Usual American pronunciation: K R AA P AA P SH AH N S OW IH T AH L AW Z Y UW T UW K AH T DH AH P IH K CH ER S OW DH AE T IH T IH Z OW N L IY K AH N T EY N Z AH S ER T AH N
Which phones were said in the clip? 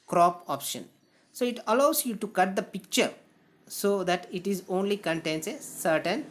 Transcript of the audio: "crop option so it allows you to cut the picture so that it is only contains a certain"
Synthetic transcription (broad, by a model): K R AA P AA P SH AH N S OW IH T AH L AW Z Y UW T UW K AH T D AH P IH K CH ER S OW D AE T IH T IH Z OW N L IY K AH N T EY N S AH S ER T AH N